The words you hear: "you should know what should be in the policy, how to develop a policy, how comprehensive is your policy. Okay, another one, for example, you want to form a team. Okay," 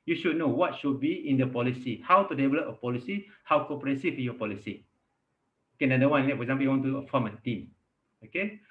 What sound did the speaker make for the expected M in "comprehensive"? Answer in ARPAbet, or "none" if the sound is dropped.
none